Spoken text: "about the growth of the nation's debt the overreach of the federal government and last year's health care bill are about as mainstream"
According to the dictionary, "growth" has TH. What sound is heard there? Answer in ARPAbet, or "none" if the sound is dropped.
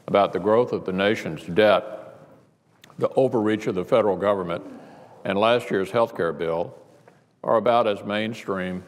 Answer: TH